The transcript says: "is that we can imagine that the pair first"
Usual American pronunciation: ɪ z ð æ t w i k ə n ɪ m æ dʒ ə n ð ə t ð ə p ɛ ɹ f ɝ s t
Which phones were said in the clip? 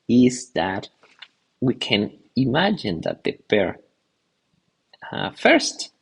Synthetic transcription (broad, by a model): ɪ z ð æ t w i k ə n ɪ m æ dʒ ə n ð ə t ð ə b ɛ ɹ f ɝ s t